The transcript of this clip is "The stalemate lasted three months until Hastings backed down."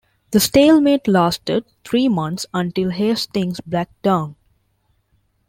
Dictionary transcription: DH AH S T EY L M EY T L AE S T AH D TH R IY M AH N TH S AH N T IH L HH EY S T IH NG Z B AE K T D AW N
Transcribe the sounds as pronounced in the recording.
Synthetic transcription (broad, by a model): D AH S T EY L M EY T L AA S T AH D T R IY M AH N T S AH N T IH L HH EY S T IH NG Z B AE K D AW N